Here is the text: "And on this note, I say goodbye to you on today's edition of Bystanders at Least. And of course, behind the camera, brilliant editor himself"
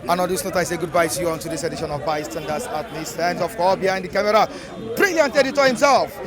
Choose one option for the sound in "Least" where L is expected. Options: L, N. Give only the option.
N